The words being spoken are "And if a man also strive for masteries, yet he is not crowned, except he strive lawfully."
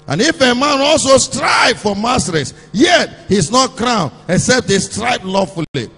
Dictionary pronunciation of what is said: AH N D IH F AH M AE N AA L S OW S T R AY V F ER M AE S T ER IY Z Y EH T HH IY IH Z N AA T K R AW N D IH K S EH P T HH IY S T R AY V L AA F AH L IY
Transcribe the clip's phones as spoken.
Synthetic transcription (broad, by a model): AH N IH F AH M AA N AA L S OW S T R AY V F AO M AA S T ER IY S Y EH T HH IY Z N AA T K R AW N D IH K S EH P T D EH S T R AY B L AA F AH L IY